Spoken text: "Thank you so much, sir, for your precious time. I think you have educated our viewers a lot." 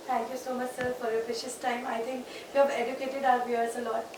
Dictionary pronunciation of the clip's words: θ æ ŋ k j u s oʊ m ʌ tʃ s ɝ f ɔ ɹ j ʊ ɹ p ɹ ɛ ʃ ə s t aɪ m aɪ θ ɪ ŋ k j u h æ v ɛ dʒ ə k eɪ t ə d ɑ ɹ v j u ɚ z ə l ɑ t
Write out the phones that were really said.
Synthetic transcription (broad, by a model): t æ ŋ k j u s oʊ m ʌ tʃ s ɝ f ɔ ɹ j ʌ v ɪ ʃ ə s t aɪ m aɪ t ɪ ŋ k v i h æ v ɛ dʒ ə k eɪ t ə d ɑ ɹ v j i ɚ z ə l ɑ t